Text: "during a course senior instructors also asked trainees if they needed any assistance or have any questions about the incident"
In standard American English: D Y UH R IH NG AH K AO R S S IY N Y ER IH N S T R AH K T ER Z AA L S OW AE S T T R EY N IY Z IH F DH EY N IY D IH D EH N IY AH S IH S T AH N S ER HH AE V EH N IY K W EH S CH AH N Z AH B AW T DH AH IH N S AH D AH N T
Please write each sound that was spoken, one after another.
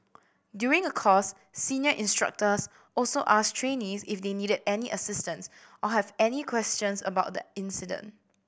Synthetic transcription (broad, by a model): D Y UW R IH NG AH K AO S S IY N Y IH N S T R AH K T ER S AA L S OW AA S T T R EY N IY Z IH F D EY N IY D IH D EH N IY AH S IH S T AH N S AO HH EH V EH N IY K W EH S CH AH N S AH B AW T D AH IH N S AH D AH N T